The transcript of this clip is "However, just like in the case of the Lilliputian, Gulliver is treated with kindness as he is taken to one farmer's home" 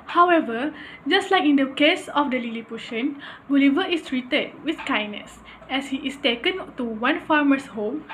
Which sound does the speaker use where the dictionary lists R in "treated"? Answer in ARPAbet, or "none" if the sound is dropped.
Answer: R